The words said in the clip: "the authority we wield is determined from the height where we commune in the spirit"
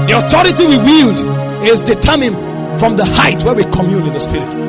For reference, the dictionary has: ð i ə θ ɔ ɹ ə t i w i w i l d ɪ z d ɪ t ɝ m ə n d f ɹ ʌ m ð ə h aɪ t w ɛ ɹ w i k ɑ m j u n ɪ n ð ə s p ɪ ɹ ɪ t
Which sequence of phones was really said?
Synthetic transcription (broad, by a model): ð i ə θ ɔ ɹ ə t i w i w i l d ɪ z d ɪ t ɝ m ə n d f ɹ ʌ m ð ə h aɪ t w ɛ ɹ w i k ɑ m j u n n ð ə s p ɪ ɹ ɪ t